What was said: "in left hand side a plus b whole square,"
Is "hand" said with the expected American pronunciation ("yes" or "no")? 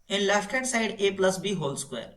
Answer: no